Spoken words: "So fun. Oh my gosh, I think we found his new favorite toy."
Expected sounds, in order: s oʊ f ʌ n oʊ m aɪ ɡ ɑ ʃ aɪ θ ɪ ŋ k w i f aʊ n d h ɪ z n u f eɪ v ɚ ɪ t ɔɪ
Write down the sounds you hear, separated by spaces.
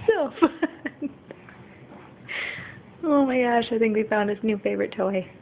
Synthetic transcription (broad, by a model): s oʊ f ʌ n oʊ m aɪ ɡ ɑ ʃ aɪ θ ɪ ŋ k w i f aʊ n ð ɪ s n u f eɪ v ɚ ɪ t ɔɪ